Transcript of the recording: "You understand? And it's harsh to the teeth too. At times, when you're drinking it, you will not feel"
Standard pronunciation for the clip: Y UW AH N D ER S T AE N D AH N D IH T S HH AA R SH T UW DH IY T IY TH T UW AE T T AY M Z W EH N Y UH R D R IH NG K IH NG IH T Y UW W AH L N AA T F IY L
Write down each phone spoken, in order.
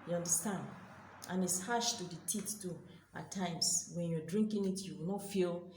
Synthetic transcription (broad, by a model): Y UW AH N D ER S T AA N D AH N IH T S HH AA SH T UW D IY T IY T T UW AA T T AY M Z W EH N Y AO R D R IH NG K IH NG IH T Y UW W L N AA T F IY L